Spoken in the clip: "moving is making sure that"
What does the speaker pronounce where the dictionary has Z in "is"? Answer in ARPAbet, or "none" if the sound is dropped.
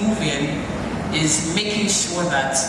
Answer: Z